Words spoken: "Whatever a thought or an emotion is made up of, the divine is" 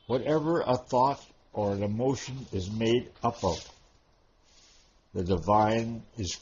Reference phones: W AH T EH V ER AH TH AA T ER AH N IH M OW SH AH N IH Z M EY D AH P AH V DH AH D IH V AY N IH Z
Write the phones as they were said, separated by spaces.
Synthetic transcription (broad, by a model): W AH T EH V ER AH TH AA T ER AH N IH M OW SH AH N IH Z M EY D AH P AH V DH AH D IH V AY N IH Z